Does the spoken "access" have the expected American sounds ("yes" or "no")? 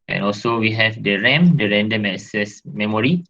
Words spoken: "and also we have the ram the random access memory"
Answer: no